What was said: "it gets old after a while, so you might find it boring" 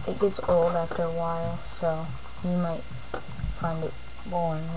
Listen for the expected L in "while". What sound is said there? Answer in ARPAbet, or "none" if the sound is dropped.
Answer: L